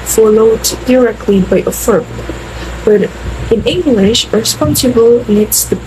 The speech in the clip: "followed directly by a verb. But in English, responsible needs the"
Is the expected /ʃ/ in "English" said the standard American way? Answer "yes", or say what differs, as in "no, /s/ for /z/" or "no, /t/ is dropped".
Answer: yes